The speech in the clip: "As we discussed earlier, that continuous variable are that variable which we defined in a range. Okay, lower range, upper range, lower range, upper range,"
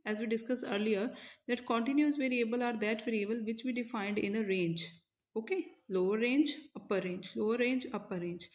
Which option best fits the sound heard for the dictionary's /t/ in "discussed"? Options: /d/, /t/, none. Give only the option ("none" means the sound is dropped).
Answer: none